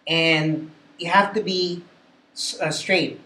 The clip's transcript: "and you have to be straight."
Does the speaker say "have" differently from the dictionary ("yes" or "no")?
yes